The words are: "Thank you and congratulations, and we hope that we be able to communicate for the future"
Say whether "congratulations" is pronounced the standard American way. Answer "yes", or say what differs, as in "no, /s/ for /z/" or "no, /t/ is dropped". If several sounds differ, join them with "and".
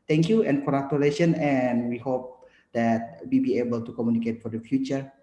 no, /z/ is dropped